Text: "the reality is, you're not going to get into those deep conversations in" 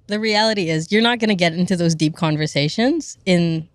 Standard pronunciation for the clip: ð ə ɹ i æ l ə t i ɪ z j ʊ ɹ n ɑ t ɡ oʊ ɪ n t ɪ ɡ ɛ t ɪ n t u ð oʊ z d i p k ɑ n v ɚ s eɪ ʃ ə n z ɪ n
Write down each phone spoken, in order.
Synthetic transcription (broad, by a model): ð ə ɹ i æ l ə t i ɪ z j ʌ ɹ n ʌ t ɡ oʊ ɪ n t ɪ ɡ ɛ t ɪ n t u ð oʊ z d i p k ɑ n v ɚ s eɪ ʃ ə n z ɪ n